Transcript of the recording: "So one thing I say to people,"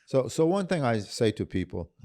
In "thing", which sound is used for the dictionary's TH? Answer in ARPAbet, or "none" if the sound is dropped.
TH